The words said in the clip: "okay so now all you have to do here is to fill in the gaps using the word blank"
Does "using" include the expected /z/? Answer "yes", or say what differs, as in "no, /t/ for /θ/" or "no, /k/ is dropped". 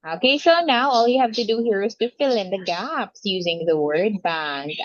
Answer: yes